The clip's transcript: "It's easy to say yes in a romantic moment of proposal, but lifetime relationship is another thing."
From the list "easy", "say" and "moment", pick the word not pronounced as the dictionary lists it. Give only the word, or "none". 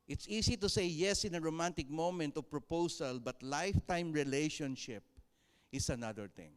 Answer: easy